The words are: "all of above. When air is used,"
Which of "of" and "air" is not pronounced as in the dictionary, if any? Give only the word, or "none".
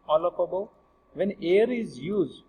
of